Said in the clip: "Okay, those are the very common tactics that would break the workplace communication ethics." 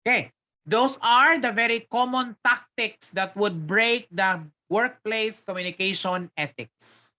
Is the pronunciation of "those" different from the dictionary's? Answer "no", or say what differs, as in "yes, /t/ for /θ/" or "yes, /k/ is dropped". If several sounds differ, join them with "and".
yes, /s/ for /z/